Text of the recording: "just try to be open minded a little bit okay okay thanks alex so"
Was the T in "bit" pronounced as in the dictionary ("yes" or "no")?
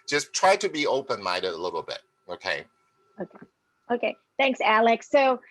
no